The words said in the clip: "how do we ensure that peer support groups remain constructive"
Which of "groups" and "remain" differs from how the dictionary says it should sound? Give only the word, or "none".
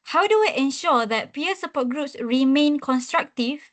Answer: none